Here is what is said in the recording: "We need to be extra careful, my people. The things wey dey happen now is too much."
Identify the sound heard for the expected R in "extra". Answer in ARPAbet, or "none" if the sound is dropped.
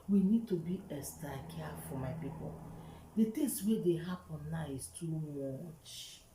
none